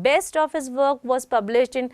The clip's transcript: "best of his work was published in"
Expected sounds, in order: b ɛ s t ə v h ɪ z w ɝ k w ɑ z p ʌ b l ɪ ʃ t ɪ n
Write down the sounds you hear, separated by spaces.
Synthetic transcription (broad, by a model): b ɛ s t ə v h ɪ z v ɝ k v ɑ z p ʌ b l ɪ ʃ t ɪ n